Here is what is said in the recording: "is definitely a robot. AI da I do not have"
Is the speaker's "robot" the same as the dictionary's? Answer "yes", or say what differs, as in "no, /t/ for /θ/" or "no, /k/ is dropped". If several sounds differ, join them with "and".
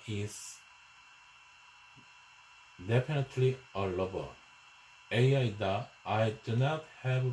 no, /l/ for /ɹ/